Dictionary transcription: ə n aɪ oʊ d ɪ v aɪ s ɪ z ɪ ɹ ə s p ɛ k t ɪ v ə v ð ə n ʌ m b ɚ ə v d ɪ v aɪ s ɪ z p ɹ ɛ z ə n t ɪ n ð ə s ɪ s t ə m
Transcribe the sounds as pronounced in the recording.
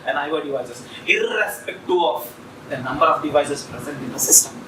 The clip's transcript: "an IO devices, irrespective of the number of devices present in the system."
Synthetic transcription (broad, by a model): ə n aɪ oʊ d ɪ v aɪ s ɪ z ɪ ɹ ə s p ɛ k t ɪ ə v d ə n ʌ m b ɚ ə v d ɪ v aɪ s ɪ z p ɹ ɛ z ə n t ɪ n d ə s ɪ s t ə m